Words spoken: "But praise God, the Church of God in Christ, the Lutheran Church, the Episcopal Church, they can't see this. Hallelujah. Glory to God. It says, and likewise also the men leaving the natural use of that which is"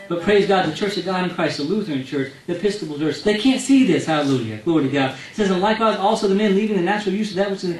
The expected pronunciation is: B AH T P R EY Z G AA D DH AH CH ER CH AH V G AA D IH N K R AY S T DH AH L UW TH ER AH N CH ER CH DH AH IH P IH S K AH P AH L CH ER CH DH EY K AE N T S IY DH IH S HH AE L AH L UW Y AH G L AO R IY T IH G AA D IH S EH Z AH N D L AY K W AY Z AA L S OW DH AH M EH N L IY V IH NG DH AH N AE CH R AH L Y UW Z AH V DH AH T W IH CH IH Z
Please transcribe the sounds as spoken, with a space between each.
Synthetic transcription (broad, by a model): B AH T P R EY Z G AA D DH AH CH ER CH AH V G AA D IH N K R AY S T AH L UW TH ER AH N CH ER CH DH AH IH P IH S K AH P L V ER S DH EY K AE N T S IY DH IH S HH AE L AH L UW Y AH G L AO R IY T IH G AA D S EH Z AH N L AY K W AY Z AA L S OW DH AH M EH N L IY V IH NG DH AH N AE CH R L Y UW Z AH V DH AH T W IH CH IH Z